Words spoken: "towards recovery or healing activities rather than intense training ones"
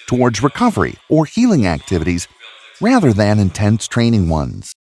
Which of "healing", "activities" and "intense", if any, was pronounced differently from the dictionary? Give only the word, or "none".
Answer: none